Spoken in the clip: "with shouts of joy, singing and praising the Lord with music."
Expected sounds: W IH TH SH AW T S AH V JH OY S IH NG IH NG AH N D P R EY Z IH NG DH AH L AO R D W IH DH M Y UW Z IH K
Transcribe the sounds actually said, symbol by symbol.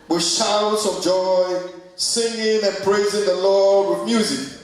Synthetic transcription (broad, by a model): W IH SH AW T S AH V JH OY S IH NG IH NG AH N P R EY Z IH NG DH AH L AO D W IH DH M Y UW Z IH K